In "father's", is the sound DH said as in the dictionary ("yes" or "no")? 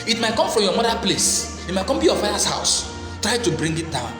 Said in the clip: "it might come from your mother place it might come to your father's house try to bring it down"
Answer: no